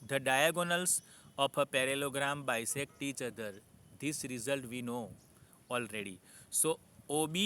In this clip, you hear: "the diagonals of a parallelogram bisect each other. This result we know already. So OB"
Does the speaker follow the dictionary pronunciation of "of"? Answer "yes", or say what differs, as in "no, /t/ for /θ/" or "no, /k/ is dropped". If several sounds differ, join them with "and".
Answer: no, /p/ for /v/